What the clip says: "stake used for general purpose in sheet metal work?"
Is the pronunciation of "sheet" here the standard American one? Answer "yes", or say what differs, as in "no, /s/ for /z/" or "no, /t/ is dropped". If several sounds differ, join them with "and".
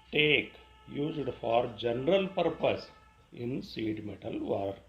no, /s/ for /ʃ/